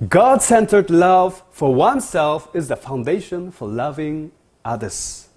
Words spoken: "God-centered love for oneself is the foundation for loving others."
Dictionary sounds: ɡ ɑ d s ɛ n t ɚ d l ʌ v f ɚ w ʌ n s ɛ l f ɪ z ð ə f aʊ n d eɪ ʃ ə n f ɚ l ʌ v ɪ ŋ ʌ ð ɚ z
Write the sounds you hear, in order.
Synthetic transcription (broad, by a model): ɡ ɑ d s ɛ n t ɚ d l ʌ v f ɚ w ʌ n s ɛ l f ɪ z ð ə f aʊ n d eɪ ʃ ə n f ɚ l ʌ v ɪ ŋ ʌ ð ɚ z